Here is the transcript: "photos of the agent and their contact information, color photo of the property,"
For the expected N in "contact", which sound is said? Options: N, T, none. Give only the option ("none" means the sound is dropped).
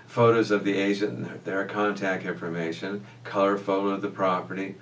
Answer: N